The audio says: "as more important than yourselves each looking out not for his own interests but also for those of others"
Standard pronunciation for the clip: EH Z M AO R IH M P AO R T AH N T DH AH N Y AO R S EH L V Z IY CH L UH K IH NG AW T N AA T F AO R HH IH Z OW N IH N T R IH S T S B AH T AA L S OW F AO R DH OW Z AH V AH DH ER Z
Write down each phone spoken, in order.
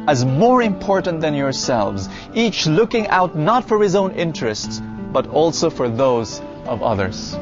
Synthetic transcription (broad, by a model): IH Z M AO R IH M P AO R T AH N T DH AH N Y AO R S EH L V Z IY CH L UH K IH NG AW T N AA T F AO R HH IH Z OW N IH N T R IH S T S B AH T AA L S OW F AO R DH OW Z AH V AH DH ER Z